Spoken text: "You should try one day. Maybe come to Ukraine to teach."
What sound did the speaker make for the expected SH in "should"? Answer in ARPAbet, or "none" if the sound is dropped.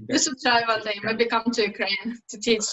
S